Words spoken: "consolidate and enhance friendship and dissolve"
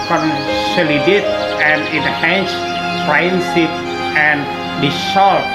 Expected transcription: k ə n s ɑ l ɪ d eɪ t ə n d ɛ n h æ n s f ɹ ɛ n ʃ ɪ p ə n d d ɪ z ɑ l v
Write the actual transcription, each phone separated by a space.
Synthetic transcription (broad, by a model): k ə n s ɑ l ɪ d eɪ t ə n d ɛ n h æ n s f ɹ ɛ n s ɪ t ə n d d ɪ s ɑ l